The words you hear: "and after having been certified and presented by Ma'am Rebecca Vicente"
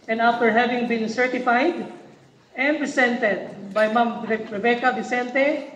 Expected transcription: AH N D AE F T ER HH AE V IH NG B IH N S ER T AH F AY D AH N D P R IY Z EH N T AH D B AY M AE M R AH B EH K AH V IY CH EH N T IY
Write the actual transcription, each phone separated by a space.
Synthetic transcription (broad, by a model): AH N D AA F T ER HH AE V IH NG B IH N S ER T AH F AY D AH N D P R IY S EH N T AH D B AY M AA M R AH B EH K AH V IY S EH N T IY